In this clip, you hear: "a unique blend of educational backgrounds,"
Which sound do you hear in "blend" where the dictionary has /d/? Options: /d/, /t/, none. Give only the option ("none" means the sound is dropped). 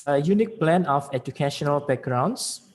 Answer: none